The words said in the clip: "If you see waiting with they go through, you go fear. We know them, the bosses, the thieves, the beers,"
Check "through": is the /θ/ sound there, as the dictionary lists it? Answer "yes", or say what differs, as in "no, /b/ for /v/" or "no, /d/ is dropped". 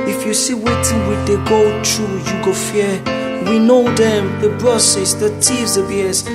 no, /t/ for /θ/